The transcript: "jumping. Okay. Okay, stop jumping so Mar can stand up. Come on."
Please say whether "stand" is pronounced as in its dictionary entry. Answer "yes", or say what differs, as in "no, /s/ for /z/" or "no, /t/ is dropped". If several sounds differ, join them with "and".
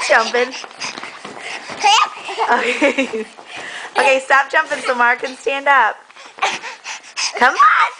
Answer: yes